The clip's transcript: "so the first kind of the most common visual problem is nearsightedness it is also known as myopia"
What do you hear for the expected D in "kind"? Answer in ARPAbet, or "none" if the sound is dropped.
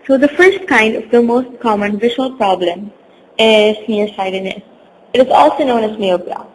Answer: D